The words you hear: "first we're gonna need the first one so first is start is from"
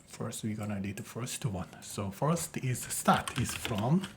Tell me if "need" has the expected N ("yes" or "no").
no